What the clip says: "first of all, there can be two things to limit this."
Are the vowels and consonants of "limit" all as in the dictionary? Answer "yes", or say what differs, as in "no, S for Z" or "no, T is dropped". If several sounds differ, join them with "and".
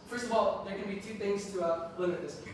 no, M is dropped